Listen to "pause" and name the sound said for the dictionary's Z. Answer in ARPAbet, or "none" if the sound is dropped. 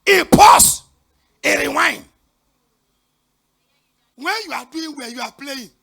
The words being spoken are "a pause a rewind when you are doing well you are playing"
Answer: S